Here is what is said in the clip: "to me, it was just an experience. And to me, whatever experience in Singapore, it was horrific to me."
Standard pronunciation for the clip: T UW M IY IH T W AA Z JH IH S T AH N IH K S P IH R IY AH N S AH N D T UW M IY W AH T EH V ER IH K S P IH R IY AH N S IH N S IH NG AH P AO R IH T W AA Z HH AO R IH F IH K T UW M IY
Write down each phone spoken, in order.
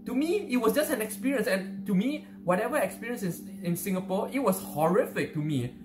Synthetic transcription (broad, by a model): T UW M IY IH T W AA S JH IH S T AH N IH K S P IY R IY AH N S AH N T UW M IY W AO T EH V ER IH K S P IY R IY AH N S IH N S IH NG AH P AO IH T W AA S HH AO R IH F IH K T UW M IY